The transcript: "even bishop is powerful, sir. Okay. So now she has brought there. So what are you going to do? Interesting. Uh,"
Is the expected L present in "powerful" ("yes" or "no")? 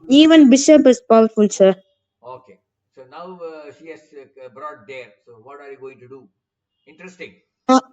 no